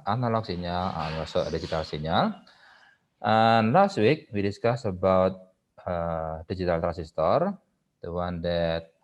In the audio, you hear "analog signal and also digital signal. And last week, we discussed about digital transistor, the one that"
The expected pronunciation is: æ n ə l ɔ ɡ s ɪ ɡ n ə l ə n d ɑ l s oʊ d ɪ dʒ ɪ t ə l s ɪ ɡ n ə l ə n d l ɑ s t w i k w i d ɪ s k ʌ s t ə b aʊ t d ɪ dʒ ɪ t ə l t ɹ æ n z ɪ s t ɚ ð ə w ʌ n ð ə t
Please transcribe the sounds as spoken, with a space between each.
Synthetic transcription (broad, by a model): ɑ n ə l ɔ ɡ s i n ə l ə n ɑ s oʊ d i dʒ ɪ t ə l s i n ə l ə n l ɑ s t w i k w i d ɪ s k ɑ s ə b aʊ t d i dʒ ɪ t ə l t ɹ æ n s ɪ s t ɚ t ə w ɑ n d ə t